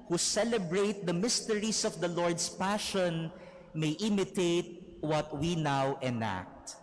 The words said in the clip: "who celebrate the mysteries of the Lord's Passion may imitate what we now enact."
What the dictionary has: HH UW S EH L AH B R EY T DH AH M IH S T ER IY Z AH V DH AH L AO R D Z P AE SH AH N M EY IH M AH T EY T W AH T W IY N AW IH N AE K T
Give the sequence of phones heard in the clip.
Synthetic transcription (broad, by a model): HH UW S EH L AH B R EY T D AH M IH S T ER IY S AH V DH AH L AO R D S P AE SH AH N M EY IH M AH T EY T W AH T W IY N AW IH N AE K T